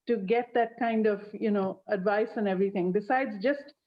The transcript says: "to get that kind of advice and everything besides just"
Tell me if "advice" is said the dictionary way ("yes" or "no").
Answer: yes